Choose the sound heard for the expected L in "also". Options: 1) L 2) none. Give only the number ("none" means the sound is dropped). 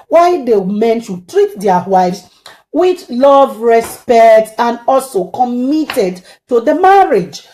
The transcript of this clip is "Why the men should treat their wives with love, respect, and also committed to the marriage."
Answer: 1